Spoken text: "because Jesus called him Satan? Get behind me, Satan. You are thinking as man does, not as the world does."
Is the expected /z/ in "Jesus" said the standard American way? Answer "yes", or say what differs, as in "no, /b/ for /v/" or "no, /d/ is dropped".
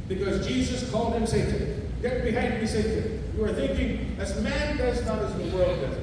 yes